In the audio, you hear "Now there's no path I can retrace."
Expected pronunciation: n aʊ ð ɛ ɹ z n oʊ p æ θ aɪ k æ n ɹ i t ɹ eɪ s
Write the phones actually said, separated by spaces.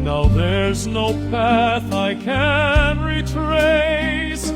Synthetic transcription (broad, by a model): n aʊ ð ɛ ɹ z n oʊ p æ θ aɪ k æ n ɹ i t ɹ eɪ s